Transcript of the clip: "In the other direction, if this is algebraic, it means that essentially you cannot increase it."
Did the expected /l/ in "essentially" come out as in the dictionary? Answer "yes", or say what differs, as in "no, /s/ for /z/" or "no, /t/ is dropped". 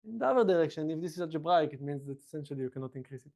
yes